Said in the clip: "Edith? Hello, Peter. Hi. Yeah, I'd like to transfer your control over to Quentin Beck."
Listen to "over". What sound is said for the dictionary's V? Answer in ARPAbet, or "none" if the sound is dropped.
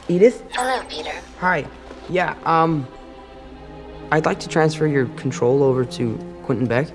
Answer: V